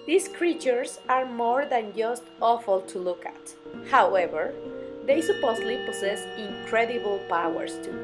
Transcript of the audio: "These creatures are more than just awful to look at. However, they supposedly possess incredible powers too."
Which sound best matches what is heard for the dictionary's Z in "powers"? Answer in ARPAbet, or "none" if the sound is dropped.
S